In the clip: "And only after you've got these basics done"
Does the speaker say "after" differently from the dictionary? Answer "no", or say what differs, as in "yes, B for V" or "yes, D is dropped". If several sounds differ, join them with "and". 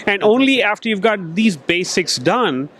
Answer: no